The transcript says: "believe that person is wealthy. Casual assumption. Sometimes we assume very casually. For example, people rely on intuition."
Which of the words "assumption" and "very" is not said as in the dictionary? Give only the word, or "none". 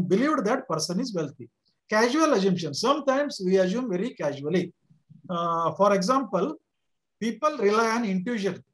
assumption